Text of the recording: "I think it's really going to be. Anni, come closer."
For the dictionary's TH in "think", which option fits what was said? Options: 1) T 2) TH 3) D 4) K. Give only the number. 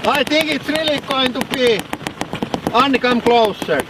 1